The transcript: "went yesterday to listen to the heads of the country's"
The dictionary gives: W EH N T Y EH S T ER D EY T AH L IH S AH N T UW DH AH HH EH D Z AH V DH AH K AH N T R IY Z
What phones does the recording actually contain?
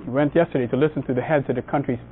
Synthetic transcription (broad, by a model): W EH N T Y EH S T ER D EY T AH L IH S N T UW DH AH HH EH D Z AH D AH K AH N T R IY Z